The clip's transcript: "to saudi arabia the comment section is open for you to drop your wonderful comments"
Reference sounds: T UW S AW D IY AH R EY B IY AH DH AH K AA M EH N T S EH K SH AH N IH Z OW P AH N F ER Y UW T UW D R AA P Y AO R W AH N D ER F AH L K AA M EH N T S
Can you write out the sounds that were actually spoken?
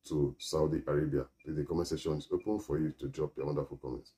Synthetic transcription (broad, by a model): T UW S AW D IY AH R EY B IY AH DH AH K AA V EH S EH SH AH N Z OW P AH N F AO Y UW T UW D R AA P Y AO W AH N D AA F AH L K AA M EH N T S